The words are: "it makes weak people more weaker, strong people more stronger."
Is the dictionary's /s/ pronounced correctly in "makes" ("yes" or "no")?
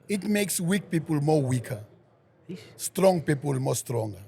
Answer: yes